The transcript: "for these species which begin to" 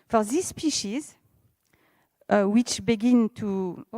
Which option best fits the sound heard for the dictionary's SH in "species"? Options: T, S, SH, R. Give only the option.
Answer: SH